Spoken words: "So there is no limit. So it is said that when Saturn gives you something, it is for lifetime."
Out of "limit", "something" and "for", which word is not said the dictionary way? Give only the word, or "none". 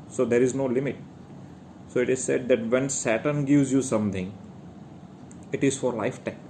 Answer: something